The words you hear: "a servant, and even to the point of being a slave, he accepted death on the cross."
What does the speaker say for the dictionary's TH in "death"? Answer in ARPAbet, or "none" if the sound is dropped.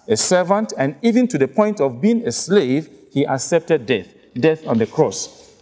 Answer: TH